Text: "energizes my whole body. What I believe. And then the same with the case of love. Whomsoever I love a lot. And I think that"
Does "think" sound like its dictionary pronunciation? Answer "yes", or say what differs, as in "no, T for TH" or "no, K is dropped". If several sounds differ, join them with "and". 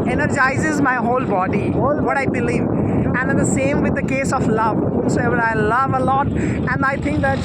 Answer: no, T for TH